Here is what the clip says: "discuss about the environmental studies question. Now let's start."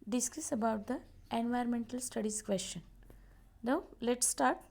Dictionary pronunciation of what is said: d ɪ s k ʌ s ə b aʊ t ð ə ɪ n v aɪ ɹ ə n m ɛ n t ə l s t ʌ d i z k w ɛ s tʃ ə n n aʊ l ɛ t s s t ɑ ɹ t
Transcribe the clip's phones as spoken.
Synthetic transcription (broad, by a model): d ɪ s k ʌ s ə b aʊ t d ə ɪ n v aɪ ɹ ə n m ɛ n t ə l s t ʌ d i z k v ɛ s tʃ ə n n aʊ l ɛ t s s t ɑ ɹ t